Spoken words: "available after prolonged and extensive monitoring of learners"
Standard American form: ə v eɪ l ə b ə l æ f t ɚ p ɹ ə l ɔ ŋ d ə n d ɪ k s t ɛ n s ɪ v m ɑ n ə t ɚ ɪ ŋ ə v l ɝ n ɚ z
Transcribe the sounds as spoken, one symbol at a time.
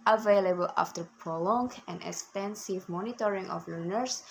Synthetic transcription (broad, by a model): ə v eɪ l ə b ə l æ f t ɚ p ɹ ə l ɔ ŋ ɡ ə n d ɪ k s t ɛ n s ɪ v m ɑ n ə t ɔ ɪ ŋ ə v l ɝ n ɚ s